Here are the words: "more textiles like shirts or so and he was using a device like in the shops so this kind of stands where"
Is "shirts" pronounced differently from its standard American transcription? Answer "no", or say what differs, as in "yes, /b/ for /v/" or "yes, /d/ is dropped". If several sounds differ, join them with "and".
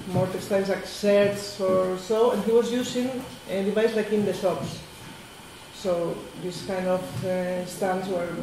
yes, /s/ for /ʃ/